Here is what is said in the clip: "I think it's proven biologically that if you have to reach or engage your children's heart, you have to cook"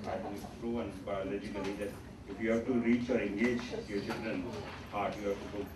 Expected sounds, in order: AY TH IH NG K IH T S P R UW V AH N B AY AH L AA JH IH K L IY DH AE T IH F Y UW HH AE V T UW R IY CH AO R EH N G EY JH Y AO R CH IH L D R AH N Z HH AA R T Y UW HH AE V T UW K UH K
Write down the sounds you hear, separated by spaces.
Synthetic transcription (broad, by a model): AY T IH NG IH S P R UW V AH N B AY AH L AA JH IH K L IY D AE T IH F Y UW HH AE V T UW R IY CH AO R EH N G EY JH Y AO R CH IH L D R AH N HH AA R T Y UW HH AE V T UW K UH